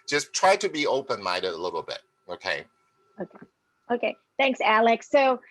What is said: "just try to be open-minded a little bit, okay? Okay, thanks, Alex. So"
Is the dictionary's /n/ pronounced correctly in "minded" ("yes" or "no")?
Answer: no